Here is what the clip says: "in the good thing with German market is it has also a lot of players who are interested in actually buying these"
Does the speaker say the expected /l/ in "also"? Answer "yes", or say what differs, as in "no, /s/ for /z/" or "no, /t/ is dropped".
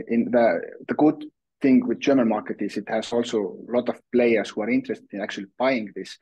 yes